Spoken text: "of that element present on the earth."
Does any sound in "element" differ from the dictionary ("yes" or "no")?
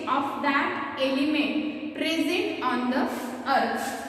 no